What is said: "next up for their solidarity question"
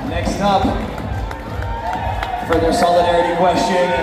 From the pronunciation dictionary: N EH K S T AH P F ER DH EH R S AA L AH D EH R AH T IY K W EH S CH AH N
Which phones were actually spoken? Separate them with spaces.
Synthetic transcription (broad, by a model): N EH K S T AH P F ER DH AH R S AA L AH D EH R AH T IY K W EH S CH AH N